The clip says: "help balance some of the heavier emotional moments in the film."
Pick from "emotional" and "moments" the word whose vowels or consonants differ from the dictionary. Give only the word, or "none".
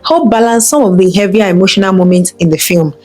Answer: none